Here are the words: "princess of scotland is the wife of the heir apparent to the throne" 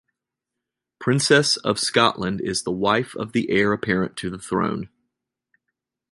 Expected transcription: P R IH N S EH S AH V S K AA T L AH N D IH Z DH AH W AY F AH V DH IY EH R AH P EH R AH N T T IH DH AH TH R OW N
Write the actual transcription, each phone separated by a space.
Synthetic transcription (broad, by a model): P R IH N S EH S AH V S K AA T L AH N D IH Z DH AH W AY F AH V DH IY EH R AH P EH R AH N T T IH DH AH TH R OW N